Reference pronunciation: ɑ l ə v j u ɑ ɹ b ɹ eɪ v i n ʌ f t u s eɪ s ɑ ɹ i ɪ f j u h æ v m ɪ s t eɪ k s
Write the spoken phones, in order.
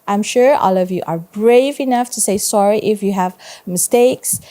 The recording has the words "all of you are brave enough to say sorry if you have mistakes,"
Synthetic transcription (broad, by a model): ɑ l ə v j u ɑ ɹ b ɹ eɪ v i n ʌ f t u s eɪ s ɑ ɹ i ɪ f j u h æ v m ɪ s t eɪ k s